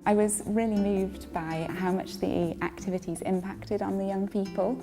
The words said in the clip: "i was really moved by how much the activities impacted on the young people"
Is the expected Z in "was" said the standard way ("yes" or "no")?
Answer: yes